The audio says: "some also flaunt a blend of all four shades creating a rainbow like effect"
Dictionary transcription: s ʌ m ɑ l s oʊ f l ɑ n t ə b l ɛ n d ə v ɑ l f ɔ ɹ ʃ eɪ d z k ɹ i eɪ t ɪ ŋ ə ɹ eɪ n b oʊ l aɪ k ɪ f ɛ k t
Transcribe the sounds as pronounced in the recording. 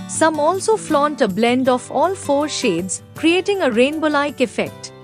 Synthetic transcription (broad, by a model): s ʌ m ɑ l s oʊ f l ɑ n t ə b l ɛ n d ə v ɑ l f ɔ ɹ ʃ eɪ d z k ɹ i eɪ t ɪ ŋ ə ɹ eɪ n b oʊ l aɪ k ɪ f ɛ k t